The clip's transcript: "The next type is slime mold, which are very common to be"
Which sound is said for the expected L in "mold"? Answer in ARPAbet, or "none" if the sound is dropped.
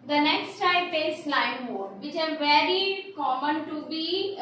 none